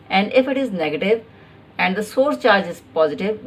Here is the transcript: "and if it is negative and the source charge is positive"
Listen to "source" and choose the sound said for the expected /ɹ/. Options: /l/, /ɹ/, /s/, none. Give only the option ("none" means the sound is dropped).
/ɹ/